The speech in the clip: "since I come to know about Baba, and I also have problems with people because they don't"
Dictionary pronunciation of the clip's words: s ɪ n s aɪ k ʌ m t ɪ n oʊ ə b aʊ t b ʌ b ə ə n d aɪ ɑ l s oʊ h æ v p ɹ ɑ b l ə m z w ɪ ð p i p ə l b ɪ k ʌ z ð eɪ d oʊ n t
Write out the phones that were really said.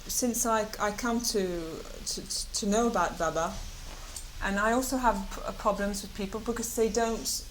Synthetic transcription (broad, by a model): s ɪ n s aɪ k ʌ m t ɪ n oʊ ə b aʊ t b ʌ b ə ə n aɪ ɑ l s oʊ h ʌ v p ɹ ɑ b l ə m z w ɪ ð p i p ə l b ɪ k ʌ z ð eɪ d oʊ n t